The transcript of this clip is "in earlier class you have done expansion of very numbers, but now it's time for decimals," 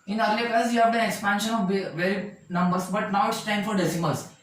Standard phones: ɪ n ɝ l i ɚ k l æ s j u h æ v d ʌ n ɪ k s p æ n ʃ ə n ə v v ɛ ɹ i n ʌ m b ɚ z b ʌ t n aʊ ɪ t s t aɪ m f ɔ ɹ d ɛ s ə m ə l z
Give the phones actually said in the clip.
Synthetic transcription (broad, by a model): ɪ n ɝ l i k ʌ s j u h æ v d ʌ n ɪ k s p æ n ʃ ə n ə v v ɛ ɹ i n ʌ m b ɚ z b ʌ t n aʊ ɪ t s t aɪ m f ɔ ɹ d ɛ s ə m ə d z